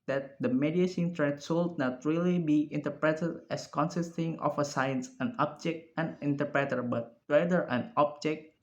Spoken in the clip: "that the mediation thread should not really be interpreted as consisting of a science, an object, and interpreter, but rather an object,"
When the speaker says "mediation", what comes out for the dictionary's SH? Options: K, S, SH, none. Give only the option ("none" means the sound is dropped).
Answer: S